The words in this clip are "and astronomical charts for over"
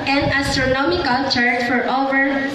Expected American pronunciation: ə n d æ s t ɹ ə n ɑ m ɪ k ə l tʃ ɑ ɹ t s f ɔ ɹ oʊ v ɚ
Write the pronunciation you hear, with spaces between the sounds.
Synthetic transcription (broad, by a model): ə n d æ s t ɹ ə n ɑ m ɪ k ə l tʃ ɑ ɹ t f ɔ ɹ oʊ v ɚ